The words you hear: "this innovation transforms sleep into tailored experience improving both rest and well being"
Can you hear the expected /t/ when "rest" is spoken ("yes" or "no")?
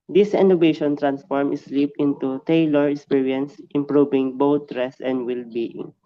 no